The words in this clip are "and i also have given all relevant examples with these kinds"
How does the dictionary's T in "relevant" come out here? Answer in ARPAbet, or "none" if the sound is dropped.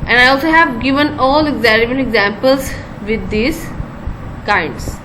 none